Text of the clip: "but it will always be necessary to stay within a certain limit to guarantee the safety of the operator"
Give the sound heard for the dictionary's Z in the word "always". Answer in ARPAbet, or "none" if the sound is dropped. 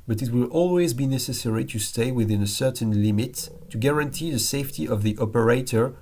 Z